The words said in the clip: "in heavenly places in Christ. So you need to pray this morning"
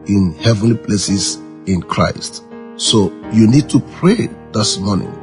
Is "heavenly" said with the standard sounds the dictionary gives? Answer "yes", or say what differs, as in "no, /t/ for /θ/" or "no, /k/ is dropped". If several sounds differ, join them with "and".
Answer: yes